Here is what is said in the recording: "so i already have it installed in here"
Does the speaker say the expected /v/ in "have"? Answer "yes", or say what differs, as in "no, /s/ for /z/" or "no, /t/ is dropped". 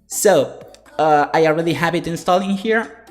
no, /p/ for /v/